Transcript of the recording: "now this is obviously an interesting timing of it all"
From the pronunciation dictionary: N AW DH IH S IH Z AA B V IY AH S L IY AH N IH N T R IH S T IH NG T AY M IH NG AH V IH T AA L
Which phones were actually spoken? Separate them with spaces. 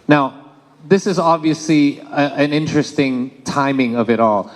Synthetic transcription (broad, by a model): N AW DH IH S IH Z AA B V IY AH S L IY AH N IH N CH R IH S T IH NG T AY M IH NG AH V IH T AA L